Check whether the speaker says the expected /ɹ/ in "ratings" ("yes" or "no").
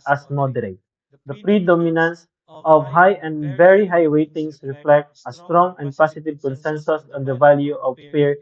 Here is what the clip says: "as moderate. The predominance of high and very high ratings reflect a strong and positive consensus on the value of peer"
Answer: no